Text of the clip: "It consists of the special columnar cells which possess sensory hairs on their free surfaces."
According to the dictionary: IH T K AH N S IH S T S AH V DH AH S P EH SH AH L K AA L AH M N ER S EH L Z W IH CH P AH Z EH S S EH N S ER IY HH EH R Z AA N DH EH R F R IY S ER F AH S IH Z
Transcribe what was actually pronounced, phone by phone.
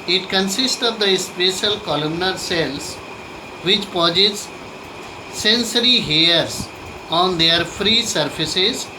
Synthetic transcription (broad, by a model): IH T K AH N S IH S T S AH V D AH S P EH SH AH L K AA L AH M N ER S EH L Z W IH CH P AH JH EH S S EH N S ER IY HH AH R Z AA N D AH R F R IY S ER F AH S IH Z